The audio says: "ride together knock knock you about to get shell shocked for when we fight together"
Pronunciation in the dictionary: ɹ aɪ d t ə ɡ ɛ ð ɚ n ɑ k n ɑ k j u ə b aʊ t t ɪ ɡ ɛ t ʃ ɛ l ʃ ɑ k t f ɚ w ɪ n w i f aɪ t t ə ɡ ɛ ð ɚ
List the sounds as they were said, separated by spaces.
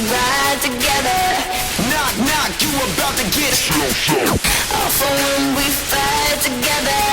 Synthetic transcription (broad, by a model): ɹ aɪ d t ə ɡ ɛ ð ɚ n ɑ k n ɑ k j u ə b aʊ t t ɪ ɡ ɛ t s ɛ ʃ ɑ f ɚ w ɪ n w i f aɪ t t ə ɡ ɛ ð ɚ